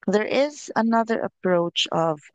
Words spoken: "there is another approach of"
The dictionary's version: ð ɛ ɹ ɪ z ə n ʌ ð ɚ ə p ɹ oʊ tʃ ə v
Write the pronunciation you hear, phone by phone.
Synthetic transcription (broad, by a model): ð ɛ ɹ ɪ z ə n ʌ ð ɚ ə p ɹ oʊ tʃ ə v